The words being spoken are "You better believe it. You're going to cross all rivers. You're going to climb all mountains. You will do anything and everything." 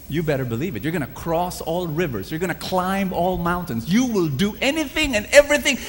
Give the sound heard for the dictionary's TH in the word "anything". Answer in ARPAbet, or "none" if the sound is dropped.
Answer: TH